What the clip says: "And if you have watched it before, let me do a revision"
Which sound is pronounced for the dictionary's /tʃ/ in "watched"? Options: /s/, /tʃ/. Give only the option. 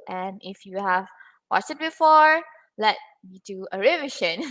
/s/